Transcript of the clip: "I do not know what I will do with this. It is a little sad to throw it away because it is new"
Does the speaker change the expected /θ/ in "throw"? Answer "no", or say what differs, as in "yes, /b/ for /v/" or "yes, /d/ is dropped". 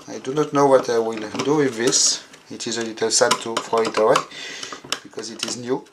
yes, /f/ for /θ/